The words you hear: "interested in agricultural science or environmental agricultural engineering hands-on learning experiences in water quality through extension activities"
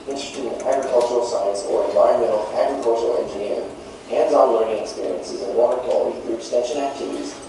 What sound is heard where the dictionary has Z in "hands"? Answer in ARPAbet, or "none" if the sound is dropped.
Z